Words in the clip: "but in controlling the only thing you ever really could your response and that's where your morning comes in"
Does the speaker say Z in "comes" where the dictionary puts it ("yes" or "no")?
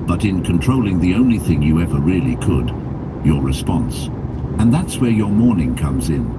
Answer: yes